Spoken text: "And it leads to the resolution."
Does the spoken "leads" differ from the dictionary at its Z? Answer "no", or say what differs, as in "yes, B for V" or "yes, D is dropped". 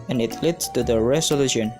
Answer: yes, Z is dropped